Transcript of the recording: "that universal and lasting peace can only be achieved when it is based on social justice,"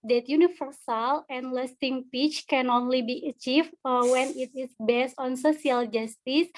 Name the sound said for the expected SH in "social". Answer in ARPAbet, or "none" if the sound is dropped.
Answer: S